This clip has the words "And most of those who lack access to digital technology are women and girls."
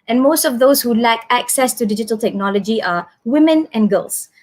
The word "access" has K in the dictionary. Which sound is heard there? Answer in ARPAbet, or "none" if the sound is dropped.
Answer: K